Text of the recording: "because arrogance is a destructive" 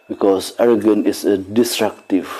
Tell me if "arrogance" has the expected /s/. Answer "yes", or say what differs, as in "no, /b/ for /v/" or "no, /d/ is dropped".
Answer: no, /s/ is dropped